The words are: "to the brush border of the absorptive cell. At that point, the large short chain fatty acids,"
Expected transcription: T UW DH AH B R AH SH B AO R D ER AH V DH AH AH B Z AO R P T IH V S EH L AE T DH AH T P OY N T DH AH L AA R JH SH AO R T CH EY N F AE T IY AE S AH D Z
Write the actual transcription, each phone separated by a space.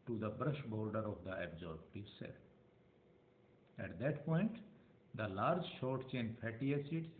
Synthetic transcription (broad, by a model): T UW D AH B R AH SH B AO R D ER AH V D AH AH B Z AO R B T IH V S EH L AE T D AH T P OY N T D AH L AA R JH SH AO R T CH EY N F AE T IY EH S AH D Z